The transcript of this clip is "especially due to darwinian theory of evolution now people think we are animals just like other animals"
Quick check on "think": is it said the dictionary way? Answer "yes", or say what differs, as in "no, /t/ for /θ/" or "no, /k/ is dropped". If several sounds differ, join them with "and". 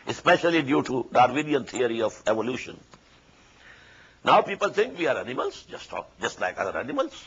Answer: no, /t/ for /θ/